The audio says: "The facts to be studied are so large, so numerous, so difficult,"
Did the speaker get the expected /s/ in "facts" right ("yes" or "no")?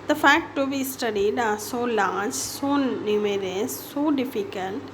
no